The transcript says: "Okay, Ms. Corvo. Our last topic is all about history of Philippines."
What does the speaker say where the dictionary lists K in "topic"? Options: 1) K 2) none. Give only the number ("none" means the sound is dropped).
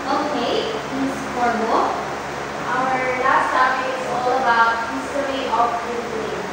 2